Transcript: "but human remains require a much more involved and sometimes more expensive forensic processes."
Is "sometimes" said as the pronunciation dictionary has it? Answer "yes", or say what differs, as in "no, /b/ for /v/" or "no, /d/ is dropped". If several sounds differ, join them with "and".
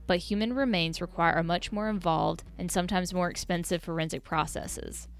yes